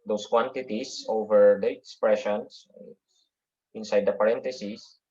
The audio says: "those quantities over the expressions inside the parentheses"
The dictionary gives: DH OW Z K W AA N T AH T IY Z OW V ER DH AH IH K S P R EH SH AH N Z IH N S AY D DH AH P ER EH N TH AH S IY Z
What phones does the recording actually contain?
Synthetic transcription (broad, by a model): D OW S K W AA N T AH T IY S OW V ER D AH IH K S P R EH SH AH N S IH N S AY D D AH P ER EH N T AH S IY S